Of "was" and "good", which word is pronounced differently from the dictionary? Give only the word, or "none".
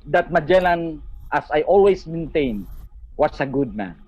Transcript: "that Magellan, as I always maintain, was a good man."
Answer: was